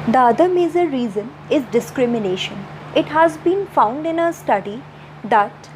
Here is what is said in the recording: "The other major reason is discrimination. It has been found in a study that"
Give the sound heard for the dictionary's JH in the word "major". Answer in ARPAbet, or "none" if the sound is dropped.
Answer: Z